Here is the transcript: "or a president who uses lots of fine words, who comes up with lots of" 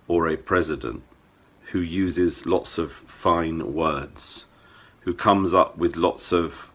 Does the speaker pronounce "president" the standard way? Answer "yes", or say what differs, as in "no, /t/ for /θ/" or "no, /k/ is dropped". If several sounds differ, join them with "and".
yes